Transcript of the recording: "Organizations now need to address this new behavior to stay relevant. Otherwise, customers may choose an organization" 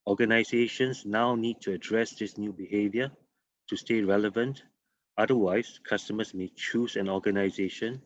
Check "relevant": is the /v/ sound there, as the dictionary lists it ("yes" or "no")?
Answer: yes